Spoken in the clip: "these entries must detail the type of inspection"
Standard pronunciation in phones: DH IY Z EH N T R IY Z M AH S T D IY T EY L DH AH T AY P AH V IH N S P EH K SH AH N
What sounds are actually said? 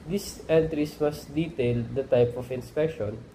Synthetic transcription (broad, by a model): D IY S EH N T R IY S M AH S T D IY T EY L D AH T AY P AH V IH N S P EH K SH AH N